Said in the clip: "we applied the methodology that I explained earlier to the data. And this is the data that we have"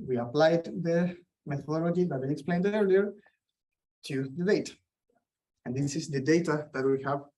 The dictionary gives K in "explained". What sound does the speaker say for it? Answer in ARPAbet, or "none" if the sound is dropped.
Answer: K